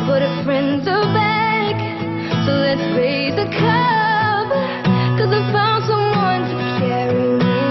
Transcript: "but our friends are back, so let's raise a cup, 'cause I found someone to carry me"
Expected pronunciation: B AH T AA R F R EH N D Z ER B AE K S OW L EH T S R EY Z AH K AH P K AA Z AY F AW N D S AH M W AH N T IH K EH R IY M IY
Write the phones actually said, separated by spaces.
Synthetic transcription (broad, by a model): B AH T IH F R EH N D Z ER B AE K S OW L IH T S R EY Z AH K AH B K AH Z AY F AW N D S AH M W AH N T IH K EH R IY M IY